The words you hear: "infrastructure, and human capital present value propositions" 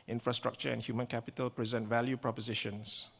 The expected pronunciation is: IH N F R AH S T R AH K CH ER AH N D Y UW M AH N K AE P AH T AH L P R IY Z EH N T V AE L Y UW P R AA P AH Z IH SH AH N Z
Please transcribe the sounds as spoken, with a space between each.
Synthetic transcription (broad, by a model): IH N F R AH S T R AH K CH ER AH N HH Y UW M AH N K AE P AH T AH L P R IY Z EH N T V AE L Y UW P R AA P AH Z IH SH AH N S